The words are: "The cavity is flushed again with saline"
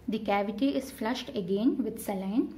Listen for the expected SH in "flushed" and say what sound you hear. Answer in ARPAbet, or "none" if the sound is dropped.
SH